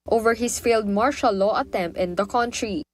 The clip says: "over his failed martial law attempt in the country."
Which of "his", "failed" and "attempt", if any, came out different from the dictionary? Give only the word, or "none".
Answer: his